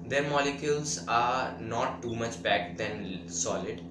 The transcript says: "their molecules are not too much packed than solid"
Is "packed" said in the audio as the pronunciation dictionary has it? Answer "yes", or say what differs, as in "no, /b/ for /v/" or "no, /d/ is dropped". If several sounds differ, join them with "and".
no, /b/ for /p/